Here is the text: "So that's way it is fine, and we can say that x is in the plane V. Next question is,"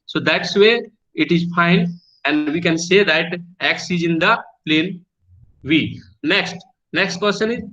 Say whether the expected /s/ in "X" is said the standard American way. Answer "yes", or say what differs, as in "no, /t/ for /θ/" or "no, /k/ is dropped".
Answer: yes